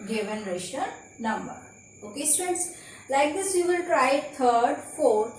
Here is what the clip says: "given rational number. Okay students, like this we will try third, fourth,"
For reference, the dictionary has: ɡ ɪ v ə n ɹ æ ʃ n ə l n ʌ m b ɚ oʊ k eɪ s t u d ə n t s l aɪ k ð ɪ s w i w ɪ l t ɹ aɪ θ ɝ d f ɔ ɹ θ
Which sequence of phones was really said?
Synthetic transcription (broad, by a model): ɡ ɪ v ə n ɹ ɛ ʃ ə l n ʌ m b ɚ oʊ k eɪ s t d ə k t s l aɪ k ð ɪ s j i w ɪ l t ɹ aɪ t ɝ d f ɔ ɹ